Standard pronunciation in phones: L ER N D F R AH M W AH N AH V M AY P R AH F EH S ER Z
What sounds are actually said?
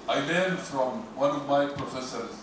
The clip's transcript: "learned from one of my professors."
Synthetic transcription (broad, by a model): L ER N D F R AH M W AH N AH V M AY P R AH F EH S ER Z